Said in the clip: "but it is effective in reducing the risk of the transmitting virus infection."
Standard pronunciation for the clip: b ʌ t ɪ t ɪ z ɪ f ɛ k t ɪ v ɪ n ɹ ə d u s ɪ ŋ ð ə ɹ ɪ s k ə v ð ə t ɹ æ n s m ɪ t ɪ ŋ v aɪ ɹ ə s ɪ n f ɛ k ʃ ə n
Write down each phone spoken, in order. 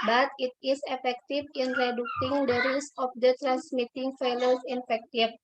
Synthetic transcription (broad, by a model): b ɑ t ɪ t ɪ s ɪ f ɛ k t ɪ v ɪ n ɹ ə d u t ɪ ŋ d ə ɹ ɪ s ə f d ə t ɹ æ n s m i t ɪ ŋ f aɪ l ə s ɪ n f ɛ k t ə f